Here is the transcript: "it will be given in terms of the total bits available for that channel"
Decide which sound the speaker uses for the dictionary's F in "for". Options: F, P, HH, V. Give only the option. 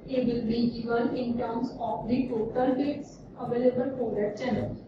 P